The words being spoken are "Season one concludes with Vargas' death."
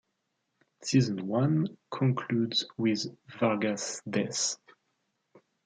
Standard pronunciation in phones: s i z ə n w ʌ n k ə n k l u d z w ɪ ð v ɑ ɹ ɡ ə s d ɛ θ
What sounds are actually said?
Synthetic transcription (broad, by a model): s i z ə n w ʌ n k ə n k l u d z w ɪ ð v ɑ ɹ ɡ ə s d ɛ s